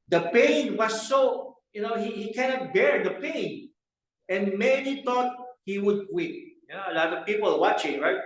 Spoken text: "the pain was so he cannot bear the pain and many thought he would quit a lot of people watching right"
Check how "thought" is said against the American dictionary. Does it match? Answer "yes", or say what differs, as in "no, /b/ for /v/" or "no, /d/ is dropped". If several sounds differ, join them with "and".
no, /t/ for /θ/